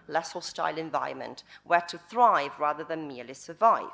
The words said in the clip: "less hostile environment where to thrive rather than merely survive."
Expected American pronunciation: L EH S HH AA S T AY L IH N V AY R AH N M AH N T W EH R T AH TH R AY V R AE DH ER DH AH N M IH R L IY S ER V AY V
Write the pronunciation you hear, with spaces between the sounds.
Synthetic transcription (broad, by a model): L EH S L S T AY L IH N V AY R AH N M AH N T W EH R T AH TH R AY V R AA DH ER DH AH N M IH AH L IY S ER V AY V